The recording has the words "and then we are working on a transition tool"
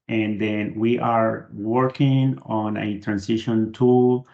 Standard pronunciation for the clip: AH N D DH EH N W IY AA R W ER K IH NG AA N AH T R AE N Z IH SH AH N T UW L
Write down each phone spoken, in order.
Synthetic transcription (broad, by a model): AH N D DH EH N W IY AA R W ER K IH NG AA N AH T R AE N S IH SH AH N T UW L